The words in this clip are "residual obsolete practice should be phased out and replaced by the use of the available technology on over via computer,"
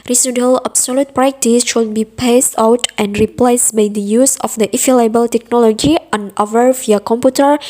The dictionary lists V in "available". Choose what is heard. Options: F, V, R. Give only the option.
F